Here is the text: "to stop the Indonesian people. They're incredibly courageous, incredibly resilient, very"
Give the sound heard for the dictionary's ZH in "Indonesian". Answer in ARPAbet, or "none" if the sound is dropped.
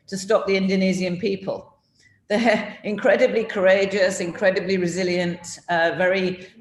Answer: Z